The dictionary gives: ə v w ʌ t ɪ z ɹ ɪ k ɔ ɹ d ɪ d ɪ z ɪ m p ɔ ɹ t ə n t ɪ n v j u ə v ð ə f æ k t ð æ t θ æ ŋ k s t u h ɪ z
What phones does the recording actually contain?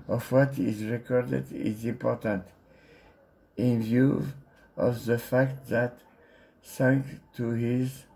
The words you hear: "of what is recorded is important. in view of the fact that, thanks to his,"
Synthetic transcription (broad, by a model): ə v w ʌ t ɪ z ɹ ɪ k ɔ ɹ d ɪ d ɪ z ɪ m p ɔ ɹ t ə n t ɪ n v j u ə v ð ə f æ k t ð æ t s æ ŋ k t u h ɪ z